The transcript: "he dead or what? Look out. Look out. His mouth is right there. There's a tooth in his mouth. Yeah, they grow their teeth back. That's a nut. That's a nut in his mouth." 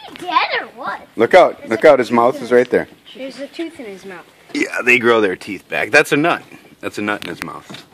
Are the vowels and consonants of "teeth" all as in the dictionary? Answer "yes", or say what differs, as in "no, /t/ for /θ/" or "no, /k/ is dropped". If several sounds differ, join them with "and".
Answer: yes